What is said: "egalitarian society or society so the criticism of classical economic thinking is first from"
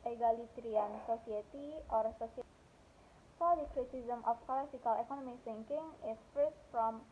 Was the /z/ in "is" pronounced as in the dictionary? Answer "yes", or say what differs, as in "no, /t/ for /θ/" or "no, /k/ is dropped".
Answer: no, /s/ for /z/